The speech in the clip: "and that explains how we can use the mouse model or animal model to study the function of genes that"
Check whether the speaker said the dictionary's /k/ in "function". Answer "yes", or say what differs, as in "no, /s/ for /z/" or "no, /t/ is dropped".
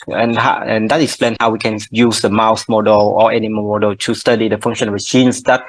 no, /k/ is dropped